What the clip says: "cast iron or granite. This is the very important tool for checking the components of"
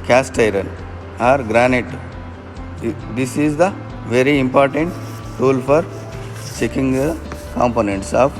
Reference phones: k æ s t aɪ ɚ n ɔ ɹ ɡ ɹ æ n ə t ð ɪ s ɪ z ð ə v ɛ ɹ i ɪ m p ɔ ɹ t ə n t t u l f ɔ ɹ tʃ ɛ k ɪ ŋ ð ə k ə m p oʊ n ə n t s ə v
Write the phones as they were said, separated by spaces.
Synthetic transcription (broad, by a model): k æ s t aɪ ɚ n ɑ ɹ ɡ ɹ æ n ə t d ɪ s ɪ z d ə v ɛ ɹ i ɪ m p ɔ ɹ t ə n t t u l f ɔ ɹ tʃ ɛ k ɪ ŋ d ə k ə m p oʊ n ə n t s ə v